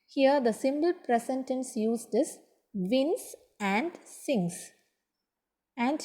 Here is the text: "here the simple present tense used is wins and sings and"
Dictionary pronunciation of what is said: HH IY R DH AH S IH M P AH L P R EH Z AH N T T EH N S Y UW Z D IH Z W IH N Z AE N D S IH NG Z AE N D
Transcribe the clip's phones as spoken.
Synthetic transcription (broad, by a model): HH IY R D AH S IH M B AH L P R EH S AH N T T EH N S Y UW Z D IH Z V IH N S AE N D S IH NG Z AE N D